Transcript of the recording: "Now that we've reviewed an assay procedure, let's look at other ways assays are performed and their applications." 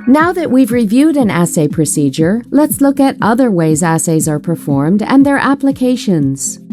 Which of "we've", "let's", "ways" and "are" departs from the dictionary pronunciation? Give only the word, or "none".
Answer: none